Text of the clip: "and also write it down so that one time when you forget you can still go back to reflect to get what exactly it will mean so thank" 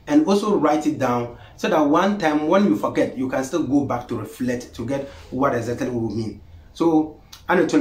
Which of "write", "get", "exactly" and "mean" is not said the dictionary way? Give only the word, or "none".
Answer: exactly